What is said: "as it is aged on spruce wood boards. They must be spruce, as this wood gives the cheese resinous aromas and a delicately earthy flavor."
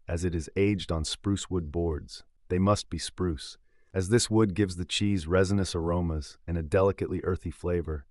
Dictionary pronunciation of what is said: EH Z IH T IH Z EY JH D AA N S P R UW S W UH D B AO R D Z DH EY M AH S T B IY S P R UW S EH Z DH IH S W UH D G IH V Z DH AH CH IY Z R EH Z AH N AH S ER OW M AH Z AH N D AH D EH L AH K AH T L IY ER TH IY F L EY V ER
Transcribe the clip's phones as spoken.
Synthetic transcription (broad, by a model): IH Z IH T IH Z EY JH D N S P R UW S W UH D B AO R D Z DH EY M AH S T B IY S P R UW S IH Z DH IH S W UH D G IH V Z DH AH CH IY Z R EH Z AH N AH S ER OW M AH Z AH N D AH D EH L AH K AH T L IY ER TH IY F L EY V ER